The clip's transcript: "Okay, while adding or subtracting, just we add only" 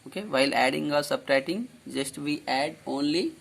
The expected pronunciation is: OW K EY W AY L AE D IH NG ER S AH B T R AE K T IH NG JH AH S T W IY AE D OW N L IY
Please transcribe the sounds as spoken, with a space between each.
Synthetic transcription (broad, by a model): OW K EY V AY L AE D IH NG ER S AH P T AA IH T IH NG JH AH S T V IY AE D OW N L IY